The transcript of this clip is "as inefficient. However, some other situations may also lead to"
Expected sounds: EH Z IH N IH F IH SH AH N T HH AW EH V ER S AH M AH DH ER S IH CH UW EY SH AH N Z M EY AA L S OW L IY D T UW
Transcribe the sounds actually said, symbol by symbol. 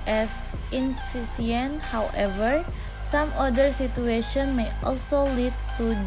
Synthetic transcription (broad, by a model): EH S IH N F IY S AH N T HH AW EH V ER S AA M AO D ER S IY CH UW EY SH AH N M EY AA L S OW L IY D T UW